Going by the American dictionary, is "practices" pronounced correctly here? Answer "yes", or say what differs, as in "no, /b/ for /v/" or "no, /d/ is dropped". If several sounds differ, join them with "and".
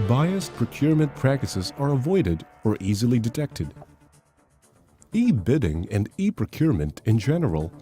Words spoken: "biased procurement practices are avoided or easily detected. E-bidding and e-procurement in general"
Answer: yes